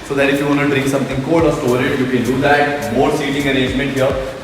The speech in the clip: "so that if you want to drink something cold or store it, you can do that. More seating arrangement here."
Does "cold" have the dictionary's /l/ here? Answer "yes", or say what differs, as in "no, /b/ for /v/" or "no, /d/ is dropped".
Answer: no, /l/ is dropped